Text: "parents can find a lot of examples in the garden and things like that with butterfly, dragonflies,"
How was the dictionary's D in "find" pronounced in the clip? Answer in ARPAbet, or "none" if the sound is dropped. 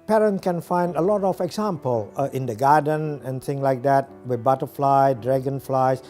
D